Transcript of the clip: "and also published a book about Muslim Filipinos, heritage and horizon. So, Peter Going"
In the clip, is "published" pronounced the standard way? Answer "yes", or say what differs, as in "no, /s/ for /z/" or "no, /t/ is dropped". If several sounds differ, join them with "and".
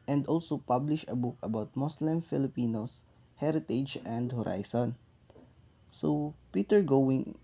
no, /t/ is dropped